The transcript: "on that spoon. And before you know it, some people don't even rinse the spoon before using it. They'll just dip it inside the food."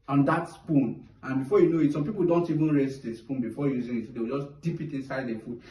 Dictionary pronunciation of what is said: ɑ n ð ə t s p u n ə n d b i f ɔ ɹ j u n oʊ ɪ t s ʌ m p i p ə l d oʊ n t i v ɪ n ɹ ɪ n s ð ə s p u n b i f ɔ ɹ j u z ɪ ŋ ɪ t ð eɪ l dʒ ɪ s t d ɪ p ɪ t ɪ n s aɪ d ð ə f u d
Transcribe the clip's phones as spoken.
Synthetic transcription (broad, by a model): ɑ n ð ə t s p u n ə n b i f ɔ j u n oʊ ɪ t s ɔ m p i p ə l d oʊ n t i v ɪ n ɹ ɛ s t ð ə s p u n b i f ɔ j u z ɪ ŋ ɪ t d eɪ w dʒ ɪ s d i p ɪ t ɪ n s aɪ d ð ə f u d